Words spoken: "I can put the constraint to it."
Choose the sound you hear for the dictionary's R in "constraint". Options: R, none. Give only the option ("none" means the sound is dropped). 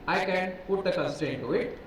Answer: none